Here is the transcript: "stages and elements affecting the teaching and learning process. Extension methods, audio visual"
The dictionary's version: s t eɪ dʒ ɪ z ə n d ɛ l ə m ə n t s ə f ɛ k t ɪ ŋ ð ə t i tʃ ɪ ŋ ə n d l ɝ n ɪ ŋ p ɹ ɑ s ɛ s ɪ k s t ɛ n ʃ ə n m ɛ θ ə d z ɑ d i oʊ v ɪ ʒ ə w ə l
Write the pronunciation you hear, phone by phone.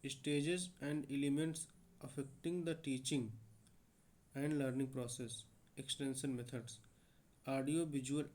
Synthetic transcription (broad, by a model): s t eɪ dʒ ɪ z ə n d ɛ l ə m ə n t s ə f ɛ k t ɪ ŋ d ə t i tʃ ɪ ŋ ə n d l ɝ n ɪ ŋ p ɹ ɑ s ɛ s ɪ k s t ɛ n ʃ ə n m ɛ t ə d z ɑ d i oʊ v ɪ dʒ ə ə l